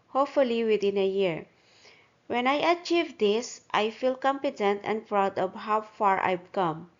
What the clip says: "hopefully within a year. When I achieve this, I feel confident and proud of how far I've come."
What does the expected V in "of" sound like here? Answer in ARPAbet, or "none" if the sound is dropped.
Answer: P